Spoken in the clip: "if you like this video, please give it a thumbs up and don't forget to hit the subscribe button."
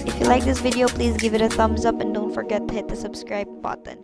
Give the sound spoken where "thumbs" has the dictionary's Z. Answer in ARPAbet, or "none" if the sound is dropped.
Z